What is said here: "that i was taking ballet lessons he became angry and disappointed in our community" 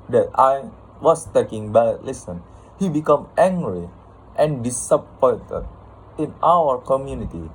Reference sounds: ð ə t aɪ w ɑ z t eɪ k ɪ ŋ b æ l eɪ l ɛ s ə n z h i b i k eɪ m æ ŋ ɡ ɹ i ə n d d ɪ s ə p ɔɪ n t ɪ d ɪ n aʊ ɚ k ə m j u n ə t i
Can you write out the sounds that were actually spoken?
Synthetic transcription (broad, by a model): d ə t aɪ w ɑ s t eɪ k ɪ ŋ b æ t l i s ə n h i b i k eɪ m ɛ ŋ ɡ ɹ i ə n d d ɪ s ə p ɔɪ n t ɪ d ɪ n aʊ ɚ k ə m j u n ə t i